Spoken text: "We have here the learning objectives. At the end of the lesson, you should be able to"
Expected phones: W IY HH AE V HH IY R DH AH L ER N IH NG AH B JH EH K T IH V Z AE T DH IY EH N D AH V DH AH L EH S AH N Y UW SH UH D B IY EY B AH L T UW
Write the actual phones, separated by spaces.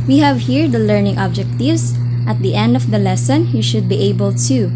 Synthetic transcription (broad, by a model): W IY HH AE V HH IY R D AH L ER N IH NG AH B JH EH K T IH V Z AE T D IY EH N D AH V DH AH L EH S AH N Y UW SH UH D B IY EY B AH L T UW